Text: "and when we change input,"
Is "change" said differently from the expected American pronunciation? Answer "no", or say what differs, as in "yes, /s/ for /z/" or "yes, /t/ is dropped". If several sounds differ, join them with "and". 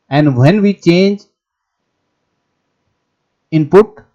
no